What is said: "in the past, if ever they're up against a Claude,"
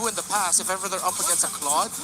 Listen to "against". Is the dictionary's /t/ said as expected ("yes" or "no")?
no